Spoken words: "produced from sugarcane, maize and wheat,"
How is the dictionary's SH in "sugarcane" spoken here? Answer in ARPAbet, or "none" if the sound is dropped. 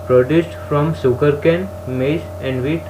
S